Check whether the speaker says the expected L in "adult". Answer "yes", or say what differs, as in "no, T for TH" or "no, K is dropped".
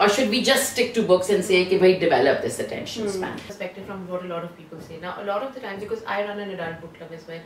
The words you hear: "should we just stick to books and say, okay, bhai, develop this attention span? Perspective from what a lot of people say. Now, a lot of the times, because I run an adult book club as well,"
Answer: no, L is dropped